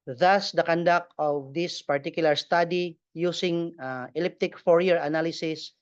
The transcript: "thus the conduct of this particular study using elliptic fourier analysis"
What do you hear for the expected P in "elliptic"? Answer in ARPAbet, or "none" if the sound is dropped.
P